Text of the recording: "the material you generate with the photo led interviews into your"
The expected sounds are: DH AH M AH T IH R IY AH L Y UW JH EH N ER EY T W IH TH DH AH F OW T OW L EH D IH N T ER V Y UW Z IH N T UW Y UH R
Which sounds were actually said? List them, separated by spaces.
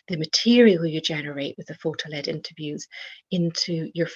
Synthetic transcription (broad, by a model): DH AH M AH T IH R IY AH L Y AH JH EH N ER EY T W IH DH AH F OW T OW L EH D IH N T ER V Y UW Z IH N T UW Y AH R